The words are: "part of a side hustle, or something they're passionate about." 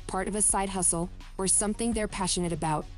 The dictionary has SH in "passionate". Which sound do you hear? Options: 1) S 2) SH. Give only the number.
2